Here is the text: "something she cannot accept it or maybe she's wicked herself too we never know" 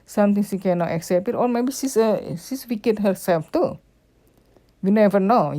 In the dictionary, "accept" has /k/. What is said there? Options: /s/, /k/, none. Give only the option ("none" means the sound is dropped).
/k/